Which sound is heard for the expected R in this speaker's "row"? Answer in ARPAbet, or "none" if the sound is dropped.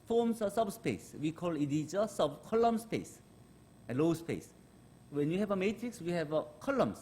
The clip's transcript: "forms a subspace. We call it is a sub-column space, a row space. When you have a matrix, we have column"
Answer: L